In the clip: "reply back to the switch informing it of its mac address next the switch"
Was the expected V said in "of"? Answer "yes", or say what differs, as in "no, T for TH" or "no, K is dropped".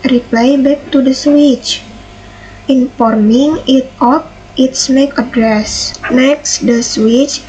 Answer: no, P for V